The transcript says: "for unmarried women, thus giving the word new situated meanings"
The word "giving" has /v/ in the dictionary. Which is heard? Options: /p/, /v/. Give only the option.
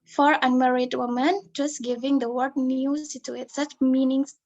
/v/